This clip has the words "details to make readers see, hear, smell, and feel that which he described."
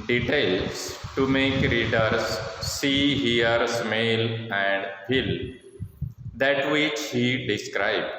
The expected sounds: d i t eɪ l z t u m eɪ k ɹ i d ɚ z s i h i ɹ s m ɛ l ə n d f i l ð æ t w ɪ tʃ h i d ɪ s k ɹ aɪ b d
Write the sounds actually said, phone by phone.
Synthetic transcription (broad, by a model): d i t eɪ l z t u m eɪ k ɹ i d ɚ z s i h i ɹ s m ɛ l ə n d p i l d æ t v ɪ tʃ h i d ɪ s k ɹ aɪ b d